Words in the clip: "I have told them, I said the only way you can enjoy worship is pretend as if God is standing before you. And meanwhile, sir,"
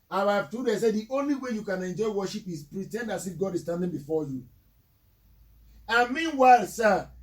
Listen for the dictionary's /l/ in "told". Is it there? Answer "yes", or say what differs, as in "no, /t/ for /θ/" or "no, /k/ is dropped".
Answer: no, /l/ is dropped